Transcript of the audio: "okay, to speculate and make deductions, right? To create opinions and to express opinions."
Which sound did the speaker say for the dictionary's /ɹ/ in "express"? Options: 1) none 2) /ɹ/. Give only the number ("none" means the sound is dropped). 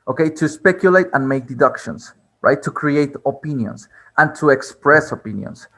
2